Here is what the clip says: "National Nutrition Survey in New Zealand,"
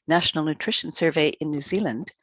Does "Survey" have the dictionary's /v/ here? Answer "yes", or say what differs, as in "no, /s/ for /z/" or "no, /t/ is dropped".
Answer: yes